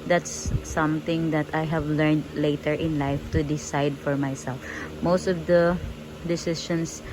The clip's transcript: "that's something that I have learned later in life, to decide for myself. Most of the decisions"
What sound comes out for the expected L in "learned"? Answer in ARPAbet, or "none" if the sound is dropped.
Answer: L